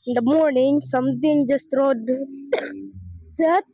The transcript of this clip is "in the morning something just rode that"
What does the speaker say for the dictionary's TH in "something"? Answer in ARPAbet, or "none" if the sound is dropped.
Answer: T